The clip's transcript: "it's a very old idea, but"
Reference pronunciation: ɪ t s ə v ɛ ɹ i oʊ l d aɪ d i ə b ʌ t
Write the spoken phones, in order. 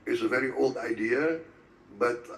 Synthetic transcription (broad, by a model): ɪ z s ə v ɛ ɹ i oʊ l d aɪ d i ə b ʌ t